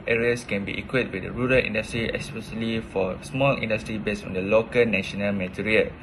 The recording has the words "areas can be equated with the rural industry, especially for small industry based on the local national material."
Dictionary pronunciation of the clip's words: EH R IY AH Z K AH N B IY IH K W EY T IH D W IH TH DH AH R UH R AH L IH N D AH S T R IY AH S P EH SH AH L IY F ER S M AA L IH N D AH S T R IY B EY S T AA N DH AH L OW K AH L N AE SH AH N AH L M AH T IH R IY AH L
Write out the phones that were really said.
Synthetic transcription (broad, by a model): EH R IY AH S K AH N B IY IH K W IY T W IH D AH R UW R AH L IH N D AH S T R IY AH S P EH SH AH L IY F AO S M AA L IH N D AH S T R IY B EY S AA N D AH L OW K AH L N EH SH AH N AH L M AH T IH R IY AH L